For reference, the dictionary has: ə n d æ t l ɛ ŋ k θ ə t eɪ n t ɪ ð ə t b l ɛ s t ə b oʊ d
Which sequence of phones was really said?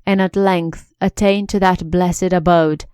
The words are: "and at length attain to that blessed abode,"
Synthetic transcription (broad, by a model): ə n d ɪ t l ɛ ŋ k θ ə t eɪ n t ɪ ð ə t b l ɛ s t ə b oʊ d